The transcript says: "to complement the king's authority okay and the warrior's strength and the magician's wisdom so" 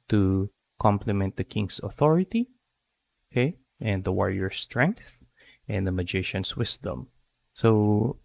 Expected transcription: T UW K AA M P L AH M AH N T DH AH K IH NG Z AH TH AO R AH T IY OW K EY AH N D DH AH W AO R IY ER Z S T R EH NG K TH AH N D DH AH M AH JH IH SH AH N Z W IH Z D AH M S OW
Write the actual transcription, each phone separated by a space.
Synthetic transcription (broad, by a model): T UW K AA M P L AH M AH N T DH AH K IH NG S AH TH AO R AH T IY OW K EY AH N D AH W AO R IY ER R S T R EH NG K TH AH N D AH M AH JH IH SH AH N S W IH S D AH M S OW